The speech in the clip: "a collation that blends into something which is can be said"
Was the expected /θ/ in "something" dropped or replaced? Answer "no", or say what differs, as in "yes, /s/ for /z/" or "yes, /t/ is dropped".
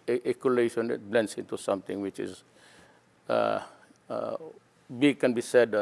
yes, /t/ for /θ/